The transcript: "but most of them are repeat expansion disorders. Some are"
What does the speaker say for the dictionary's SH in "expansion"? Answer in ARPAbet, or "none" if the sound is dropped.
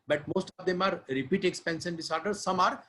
S